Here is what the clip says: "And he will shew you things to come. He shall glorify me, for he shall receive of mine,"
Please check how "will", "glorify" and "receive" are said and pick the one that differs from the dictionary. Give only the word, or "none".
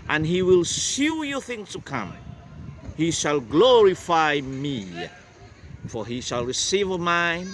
none